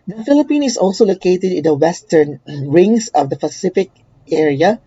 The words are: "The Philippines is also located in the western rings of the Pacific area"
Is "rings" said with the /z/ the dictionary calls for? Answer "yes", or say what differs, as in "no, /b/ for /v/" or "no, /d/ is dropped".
no, /s/ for /z/